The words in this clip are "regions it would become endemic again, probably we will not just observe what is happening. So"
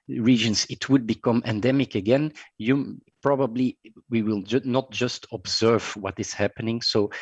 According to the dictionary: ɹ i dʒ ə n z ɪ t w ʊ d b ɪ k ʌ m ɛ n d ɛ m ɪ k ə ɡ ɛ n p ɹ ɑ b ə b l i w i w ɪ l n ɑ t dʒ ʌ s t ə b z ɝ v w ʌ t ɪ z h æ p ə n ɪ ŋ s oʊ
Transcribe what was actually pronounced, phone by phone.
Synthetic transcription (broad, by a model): ɹ i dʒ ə n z ɪ t w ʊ d b ɪ k ʌ m ɛ n d ɛ m ɪ k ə ɡ ɛ n p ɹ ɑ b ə b l i w i w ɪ l n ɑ t dʒ ʌ s t ə b z ɝ v w ʌ t ɪ z h æ p ə n ɪ ŋ s oʊ